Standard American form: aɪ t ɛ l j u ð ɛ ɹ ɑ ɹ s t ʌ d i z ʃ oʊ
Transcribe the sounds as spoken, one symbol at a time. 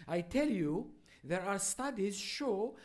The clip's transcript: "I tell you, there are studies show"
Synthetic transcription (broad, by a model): aɪ t ɛ l j u ð ɛ ɹ ɑ ɹ s t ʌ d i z ʃ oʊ